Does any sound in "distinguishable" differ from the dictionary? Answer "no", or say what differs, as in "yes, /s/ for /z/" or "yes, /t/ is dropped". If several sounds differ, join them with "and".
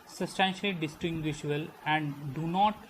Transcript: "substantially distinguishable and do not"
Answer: yes, /b/ is dropped